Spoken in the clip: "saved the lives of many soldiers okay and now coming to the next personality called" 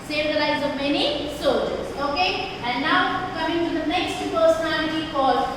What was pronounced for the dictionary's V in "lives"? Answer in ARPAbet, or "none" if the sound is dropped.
none